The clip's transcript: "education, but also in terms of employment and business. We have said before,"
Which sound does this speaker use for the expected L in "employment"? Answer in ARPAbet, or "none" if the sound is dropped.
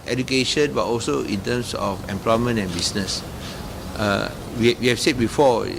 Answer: L